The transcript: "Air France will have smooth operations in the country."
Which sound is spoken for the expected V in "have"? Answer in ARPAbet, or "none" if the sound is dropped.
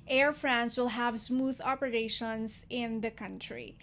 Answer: V